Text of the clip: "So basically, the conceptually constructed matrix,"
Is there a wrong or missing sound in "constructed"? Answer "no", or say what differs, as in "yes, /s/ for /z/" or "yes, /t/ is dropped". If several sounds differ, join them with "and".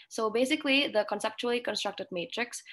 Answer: no